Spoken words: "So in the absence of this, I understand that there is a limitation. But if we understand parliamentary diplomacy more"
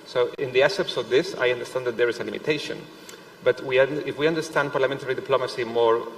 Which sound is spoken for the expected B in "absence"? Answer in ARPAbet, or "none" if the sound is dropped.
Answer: none